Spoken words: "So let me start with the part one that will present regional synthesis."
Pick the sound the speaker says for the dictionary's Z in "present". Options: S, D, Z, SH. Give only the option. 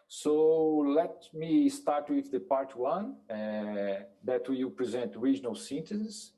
Z